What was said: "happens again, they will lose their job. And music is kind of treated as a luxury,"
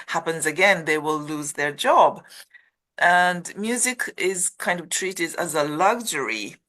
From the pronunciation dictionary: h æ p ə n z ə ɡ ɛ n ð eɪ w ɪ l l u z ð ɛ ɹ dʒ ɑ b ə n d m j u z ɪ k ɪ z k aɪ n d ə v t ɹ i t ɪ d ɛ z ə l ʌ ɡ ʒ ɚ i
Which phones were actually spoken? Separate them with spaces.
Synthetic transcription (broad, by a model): h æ p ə n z ə ɡ ɛ n ð eɪ w ɪ l l u z ð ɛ ɹ dʒ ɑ b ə n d m j u z ɪ k ɪ z k aɪ n d ə v t ɹ i t ɪ d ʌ z ə l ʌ ɡ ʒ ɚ i